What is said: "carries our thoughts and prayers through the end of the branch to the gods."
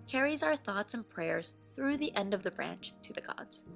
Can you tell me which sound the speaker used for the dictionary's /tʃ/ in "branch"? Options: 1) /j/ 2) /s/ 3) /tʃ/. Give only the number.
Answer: 3